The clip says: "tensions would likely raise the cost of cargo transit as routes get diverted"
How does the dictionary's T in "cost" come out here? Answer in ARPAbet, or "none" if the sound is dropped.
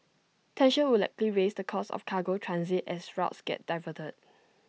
none